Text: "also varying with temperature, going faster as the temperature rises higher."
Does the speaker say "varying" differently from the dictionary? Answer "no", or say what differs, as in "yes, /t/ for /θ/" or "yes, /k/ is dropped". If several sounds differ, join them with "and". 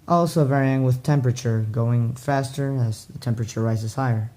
no